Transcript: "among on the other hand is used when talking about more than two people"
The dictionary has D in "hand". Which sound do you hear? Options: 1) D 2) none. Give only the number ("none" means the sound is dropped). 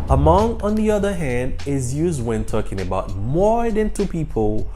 1